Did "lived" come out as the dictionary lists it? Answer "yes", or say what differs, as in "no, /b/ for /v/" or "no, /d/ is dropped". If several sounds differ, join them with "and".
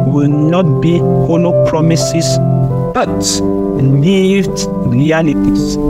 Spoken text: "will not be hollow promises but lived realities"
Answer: no, /n/ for /l/